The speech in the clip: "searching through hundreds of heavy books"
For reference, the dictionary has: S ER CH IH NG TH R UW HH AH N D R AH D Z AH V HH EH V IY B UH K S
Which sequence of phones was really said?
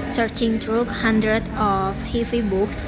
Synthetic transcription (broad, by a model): S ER CH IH NG T R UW HH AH N D R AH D AH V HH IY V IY B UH K S